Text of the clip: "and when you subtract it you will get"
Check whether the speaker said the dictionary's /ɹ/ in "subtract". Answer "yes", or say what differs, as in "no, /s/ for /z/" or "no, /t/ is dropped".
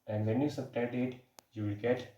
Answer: no, /ɹ/ is dropped